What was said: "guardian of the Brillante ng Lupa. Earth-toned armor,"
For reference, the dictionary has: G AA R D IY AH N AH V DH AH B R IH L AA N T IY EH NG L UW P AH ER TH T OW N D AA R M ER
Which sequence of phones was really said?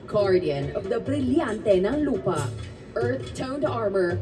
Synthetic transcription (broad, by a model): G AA R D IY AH N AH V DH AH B R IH L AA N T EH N L UW P AH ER T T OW N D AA R M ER